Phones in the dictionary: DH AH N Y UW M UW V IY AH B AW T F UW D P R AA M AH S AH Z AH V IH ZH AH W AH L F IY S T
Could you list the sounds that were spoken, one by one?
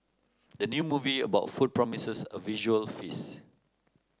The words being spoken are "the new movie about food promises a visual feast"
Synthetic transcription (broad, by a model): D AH N Y UW M UW V IY AH B AW T F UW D P R AA M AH S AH S AH V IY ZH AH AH L F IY S